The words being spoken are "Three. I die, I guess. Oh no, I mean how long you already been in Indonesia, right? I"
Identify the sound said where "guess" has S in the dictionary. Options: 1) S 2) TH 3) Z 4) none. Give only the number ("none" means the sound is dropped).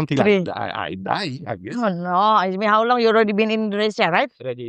4